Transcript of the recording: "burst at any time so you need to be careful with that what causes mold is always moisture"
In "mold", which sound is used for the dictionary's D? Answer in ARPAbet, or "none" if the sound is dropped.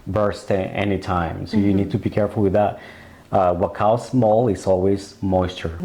none